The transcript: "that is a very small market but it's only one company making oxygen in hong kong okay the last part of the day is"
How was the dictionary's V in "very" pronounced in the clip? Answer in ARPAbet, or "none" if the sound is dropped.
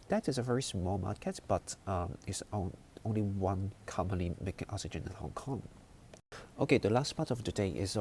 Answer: V